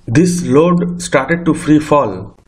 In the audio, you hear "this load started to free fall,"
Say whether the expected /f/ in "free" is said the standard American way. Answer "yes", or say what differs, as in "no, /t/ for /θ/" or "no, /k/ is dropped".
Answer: yes